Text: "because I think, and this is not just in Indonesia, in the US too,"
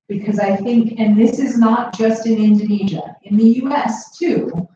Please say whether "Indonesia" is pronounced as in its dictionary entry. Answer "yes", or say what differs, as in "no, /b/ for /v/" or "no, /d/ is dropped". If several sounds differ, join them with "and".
yes